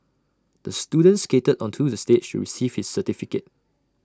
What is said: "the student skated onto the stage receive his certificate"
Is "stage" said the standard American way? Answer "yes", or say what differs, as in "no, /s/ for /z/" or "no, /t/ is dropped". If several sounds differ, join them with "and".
no, /ʃ/ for /dʒ/